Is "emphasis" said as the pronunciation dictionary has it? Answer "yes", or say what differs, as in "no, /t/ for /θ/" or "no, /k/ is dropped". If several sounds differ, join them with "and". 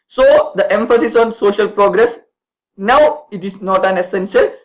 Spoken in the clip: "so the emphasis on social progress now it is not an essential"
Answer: yes